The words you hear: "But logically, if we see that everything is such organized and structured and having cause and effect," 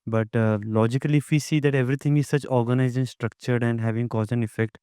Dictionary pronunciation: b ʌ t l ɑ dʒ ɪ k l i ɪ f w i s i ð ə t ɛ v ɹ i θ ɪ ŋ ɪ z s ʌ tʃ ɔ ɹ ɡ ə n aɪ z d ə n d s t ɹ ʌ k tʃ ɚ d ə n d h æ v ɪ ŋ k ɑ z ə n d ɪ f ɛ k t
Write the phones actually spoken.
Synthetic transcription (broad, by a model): b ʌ t l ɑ dʒ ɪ k l i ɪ f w i s i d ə t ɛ v ɹ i t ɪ ŋ ɪ z s ʌ tʃ ɔ ɹ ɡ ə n aɪ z ə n s t ɹ ʌ k tʃ ɚ d ə n d h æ v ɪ ŋ k ɑ z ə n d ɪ f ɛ k t